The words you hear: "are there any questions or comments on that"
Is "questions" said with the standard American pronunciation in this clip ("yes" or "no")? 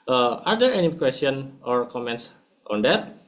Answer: no